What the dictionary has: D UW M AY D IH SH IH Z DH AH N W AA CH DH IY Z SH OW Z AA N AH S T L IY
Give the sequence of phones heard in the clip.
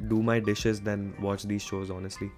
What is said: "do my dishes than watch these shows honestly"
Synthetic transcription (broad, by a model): D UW M AY D IH SH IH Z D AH N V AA CH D IY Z SH OW Z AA N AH S T L IY